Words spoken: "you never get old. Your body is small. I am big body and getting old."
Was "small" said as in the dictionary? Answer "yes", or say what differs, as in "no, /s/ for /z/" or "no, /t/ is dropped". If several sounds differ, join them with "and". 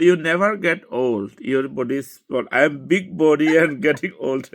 no, /m/ is dropped